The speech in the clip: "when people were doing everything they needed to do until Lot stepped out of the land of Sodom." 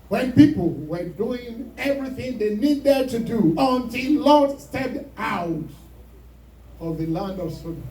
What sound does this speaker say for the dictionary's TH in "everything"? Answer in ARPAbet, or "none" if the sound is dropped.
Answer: TH